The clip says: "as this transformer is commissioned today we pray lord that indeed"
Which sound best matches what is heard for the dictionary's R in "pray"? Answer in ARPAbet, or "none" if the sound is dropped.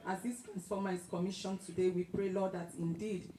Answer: R